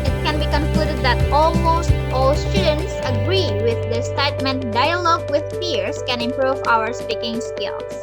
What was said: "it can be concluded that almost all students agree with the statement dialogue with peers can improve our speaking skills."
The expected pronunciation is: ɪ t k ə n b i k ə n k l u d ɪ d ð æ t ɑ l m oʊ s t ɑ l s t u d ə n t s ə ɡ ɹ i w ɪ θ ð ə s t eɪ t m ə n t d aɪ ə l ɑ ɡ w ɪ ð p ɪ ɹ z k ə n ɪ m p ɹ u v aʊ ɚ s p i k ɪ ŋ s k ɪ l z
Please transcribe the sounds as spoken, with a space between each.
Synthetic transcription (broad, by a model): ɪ t k ə n b i k ə n k l u d ɪ d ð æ t ɑ l m oʊ s t ɑ l s t u d ə n t s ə ɡ ɹ i w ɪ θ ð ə s t eɪ t m ə n t d aɪ ə l ɑ ɡ w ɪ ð f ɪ ɹ s k ə n ɪ m p ɹ u v aʊ ɚ s p i k ɪ ŋ s k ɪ l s